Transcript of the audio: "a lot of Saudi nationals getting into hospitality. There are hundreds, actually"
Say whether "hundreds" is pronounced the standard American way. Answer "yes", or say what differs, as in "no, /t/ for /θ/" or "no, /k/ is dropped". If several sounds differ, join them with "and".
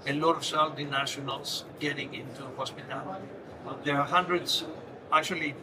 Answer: no, /s/ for /z/